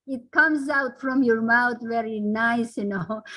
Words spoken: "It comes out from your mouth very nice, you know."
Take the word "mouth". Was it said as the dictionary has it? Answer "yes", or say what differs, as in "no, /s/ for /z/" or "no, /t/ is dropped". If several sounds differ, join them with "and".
no, /t/ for /θ/